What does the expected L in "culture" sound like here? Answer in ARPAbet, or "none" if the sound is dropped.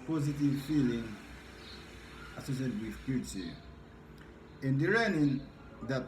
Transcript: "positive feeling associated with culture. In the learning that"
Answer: none